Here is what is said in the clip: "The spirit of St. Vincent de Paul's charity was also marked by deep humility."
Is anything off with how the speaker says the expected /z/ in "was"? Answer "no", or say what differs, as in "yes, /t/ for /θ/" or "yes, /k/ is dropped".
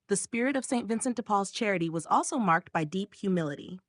no